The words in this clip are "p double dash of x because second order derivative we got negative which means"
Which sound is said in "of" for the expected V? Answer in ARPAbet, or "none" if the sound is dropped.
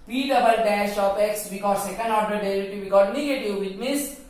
P